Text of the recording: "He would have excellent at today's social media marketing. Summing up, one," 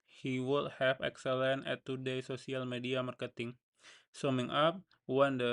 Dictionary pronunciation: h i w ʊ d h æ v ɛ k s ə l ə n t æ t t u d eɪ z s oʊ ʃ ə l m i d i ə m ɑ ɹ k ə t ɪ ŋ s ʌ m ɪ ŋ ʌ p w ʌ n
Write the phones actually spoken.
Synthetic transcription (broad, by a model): h i w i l h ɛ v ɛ k s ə l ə n ɛ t t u d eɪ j s oʊ s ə l m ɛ d i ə m ɑ ɹ k ə t ɪ ŋ s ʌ m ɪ ŋ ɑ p w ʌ n